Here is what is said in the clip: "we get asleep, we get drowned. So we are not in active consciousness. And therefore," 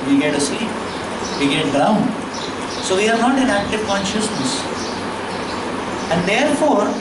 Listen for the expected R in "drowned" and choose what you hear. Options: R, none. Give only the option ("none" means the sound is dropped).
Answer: none